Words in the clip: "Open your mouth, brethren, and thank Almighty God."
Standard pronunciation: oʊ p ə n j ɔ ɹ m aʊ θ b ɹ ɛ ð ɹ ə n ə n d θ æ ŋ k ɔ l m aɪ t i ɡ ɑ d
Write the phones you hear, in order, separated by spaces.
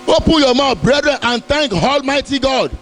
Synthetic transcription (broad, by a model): oʊ p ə n j ɔ m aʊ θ b ɹ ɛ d ɹ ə n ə n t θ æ ŋ k ɔ l m aɪ t i ɡ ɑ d